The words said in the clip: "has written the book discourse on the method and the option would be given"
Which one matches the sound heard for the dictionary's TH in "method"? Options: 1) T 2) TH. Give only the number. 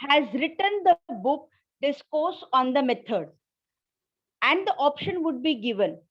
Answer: 1